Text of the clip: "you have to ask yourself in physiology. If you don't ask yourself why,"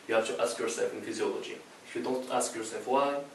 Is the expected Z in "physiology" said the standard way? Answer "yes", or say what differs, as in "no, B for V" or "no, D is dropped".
yes